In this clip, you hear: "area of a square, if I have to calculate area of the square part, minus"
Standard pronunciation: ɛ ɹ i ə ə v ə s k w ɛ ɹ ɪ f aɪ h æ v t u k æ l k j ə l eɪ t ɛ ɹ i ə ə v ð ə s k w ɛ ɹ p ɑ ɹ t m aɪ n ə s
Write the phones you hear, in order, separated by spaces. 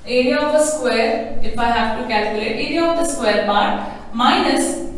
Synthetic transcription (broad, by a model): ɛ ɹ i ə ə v ə s k w ɛ ɹ ɪ f aɪ h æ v t u k æ l k j ə l eɪ t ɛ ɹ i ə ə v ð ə s k w ɛ ɹ b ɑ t m aɪ n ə s